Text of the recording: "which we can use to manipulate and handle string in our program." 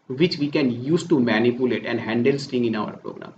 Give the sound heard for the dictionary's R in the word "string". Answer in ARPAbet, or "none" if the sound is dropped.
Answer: none